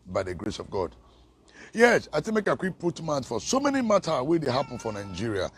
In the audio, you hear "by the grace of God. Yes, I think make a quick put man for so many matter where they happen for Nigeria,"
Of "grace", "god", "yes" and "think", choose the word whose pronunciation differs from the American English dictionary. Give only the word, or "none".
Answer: think